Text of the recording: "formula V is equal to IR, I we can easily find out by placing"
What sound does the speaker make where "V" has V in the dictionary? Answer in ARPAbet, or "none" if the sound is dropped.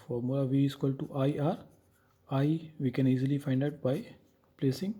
V